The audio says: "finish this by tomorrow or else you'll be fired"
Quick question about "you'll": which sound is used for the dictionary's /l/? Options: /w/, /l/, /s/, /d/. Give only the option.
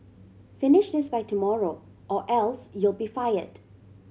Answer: /l/